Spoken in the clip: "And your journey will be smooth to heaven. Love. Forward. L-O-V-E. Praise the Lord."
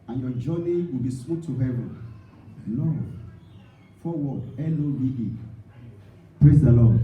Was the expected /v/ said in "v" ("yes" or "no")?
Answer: no